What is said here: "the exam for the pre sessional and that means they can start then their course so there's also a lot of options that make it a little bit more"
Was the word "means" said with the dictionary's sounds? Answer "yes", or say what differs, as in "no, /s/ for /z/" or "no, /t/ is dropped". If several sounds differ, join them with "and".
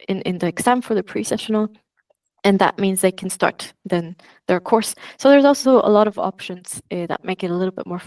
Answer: yes